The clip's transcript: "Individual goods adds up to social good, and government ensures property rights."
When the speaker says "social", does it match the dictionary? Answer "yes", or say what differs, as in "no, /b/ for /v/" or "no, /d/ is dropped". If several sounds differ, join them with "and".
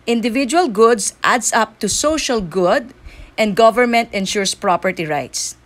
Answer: yes